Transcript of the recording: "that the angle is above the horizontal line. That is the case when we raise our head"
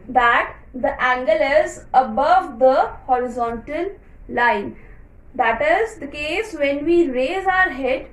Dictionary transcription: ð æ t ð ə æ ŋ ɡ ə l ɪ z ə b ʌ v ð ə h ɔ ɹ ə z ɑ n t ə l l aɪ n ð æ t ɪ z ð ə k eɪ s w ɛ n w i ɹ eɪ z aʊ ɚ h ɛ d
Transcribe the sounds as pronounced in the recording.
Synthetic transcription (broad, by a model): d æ t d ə æ ŋ ɡ ə l ɪ z ə b ʌ v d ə h ɔ ɹ ə z ɑ n t ə l l aɪ n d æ t ɪ z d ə k eɪ s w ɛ n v i ɹ eɪ z aʊ ɚ h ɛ d